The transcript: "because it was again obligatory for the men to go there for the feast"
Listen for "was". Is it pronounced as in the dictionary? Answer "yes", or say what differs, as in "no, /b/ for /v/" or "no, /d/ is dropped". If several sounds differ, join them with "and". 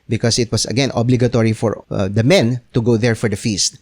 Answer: no, /s/ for /z/